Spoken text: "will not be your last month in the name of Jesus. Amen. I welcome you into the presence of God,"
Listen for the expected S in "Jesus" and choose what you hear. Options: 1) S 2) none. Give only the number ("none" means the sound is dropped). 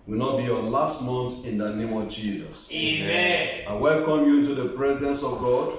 1